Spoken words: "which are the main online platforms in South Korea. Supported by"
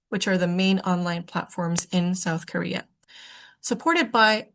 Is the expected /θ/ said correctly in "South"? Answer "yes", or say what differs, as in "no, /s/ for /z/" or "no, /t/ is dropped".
yes